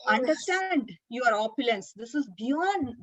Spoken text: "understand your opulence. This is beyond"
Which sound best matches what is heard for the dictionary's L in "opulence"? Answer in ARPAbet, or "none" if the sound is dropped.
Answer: L